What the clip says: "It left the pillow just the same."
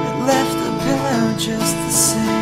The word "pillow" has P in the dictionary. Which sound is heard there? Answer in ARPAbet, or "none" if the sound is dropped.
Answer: B